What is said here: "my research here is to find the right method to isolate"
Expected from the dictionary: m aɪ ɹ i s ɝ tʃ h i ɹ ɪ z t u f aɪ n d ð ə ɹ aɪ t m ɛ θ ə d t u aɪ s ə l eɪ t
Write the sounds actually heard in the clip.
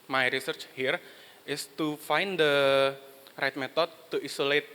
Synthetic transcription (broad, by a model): m aɪ ɹ i s ɝ tʃ h i ɹ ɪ s t u f aɪ n d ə ɹ aɪ t m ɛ t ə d t u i s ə l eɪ t